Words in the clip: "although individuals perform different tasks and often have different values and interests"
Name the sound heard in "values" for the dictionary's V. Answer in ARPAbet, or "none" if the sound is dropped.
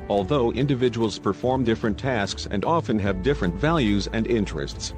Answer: V